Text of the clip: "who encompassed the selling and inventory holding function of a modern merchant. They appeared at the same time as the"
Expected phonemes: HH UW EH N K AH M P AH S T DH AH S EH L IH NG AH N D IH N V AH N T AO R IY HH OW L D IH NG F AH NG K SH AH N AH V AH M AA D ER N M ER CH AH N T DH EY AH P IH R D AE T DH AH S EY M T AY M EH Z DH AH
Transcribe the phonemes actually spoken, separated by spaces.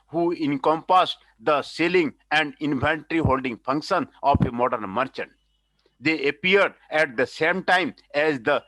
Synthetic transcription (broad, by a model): HH UW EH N K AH M P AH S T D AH S EH L IH NG AH N D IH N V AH N T R IY HH OW L D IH NG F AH NG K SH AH N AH P AH M AA D ER N M ER CH AH N T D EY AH P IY R D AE T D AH S EY M T AY M EH Z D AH